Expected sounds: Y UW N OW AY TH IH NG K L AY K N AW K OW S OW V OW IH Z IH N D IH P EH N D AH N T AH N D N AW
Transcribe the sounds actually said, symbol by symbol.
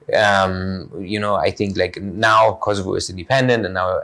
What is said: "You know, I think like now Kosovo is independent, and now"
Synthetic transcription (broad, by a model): Y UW N OW AY TH IH NG K L AY K N AW K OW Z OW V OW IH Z IH N D IH P EH N D AH N T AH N N AW